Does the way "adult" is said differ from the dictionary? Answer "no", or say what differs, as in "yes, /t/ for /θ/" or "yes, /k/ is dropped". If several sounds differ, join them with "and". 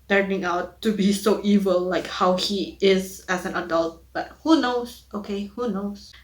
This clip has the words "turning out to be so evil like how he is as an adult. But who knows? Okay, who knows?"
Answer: no